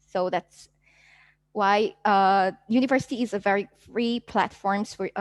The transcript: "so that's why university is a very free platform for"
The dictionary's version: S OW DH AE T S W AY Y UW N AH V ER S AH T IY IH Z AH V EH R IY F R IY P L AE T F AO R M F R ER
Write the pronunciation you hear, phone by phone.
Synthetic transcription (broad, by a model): S OW DH AE T S W AY Y UW N AH V ER S AH T IY IH Z AH V EH R IY F R IY P L AE T F AO R M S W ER